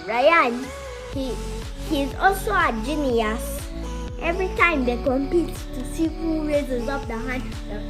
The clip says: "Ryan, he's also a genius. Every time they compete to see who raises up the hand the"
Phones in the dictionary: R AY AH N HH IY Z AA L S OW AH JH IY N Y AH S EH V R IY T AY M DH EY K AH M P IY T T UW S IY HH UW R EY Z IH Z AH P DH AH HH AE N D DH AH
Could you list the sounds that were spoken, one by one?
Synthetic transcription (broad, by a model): R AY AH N HH IY Z AA L S OW AH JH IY N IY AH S EH V R IY T AY M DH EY K AH M P IY T T UW S IY HH UW R EY Z IH Z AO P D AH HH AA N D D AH